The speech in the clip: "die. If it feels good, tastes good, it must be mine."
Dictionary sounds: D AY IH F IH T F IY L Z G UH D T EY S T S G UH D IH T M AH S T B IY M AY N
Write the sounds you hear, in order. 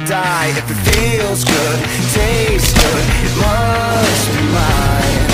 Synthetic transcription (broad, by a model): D AY IH F IH T F IY L Z G UH D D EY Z G UH D IH T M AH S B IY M AY